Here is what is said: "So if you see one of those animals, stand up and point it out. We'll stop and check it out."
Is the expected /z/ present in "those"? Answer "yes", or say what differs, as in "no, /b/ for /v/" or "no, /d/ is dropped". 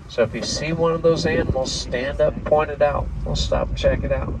yes